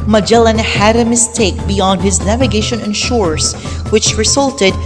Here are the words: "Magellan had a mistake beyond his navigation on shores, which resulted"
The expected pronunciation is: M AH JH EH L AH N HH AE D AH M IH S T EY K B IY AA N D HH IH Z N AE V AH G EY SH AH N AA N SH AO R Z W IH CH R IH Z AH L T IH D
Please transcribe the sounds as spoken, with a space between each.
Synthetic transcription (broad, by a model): M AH JH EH L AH N HH AE D AH M IH S T EY K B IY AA N D HH IH Z N AE V AH G EY SH AH N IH N SH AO R S W IH CH R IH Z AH L T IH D